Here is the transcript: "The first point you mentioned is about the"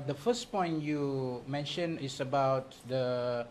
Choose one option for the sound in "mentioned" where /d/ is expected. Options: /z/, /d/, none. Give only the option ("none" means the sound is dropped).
none